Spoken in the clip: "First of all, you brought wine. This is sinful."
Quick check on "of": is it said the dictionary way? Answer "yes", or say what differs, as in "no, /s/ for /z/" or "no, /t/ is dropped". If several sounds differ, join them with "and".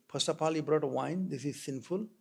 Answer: no, /p/ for /v/